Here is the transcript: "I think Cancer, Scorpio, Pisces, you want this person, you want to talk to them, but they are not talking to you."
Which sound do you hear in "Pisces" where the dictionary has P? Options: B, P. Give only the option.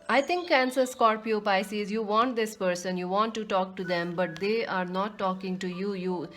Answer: P